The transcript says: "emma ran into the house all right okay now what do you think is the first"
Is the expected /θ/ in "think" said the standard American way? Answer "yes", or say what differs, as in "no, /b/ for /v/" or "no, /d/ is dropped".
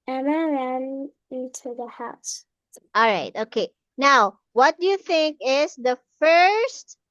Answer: yes